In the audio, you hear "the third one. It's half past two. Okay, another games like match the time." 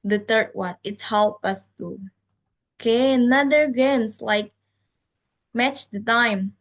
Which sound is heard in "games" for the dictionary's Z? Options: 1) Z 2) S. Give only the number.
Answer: 2